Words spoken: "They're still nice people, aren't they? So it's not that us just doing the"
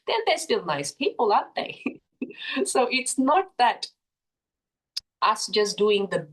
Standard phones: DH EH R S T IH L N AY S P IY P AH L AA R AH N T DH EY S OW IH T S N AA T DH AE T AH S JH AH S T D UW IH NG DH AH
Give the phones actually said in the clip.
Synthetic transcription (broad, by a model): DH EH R S T IH L N AY S P IY P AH L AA AH T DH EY S OW IH T S N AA T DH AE T AH S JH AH S D UW IH NG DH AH